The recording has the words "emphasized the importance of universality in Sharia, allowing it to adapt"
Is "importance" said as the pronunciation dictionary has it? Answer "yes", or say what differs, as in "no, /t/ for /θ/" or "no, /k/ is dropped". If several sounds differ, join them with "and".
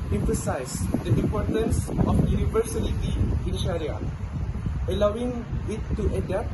no, /m/ is dropped